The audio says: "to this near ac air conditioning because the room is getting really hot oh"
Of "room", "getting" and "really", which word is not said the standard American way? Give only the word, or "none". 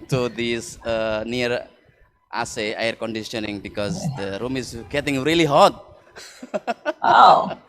none